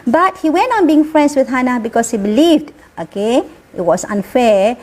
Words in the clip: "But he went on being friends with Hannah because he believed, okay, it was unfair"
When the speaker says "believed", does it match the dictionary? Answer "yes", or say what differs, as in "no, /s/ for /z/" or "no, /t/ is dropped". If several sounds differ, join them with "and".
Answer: yes